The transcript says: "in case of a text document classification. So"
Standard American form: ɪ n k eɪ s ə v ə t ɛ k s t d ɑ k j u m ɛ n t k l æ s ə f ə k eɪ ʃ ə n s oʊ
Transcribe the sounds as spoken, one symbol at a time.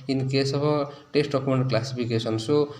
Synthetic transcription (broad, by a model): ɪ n k eɪ s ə b ə t ɛ s t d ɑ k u m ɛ n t k l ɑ s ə p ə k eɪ s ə n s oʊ